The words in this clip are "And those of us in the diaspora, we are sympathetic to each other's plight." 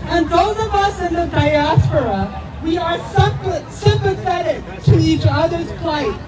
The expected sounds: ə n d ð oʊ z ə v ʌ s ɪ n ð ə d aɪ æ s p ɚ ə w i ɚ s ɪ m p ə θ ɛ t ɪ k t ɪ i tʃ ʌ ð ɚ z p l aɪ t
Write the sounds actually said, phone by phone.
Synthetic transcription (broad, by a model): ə n ð oʊ z ə v ʌ s ɪ n ð ə d aɪ æ s p ɚ ə w i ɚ s ɪ m p ə θ ɛ t ɪ k t ɪ i tʃ ʌ ð ɚ z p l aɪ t